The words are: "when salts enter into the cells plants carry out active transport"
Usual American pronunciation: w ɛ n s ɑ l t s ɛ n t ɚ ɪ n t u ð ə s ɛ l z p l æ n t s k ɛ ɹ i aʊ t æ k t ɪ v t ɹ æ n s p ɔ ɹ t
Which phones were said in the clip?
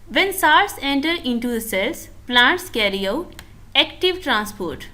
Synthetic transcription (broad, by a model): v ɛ n s ɑ t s ɛ n t ɚ ɪ n t u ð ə s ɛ l s p l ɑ n t s k ɛ ɹ i aʊ t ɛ k t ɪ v t ɹ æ n s p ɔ ɹ t